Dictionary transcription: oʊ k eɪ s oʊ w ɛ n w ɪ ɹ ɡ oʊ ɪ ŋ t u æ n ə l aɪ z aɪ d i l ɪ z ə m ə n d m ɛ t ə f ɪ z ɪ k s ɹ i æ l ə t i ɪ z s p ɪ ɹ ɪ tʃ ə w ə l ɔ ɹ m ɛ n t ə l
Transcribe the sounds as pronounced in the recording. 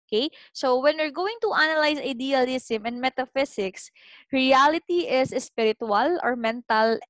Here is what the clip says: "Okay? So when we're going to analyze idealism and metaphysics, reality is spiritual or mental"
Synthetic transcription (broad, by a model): k eɪ s oʊ w ɛ n w ɪ ɹ ɡ oʊ ɪ ŋ t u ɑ n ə l aɪ s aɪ d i l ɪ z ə m ə n d m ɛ t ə f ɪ s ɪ k s ɹ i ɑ l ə t i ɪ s s p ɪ ɹ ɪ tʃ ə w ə l ɔ ɹ m ɛ n t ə l